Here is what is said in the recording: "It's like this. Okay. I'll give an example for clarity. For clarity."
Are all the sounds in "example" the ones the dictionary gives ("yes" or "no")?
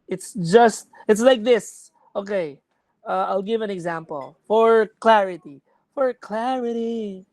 yes